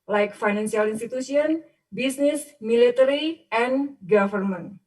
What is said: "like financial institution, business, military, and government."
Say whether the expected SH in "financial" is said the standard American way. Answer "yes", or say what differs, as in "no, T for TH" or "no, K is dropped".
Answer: no, S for SH